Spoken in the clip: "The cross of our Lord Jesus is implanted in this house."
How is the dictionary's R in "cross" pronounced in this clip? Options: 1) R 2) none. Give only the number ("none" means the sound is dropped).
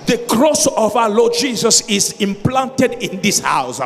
1